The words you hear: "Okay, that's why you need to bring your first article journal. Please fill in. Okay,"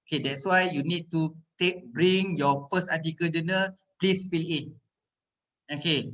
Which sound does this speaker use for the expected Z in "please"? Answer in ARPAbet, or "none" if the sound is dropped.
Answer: S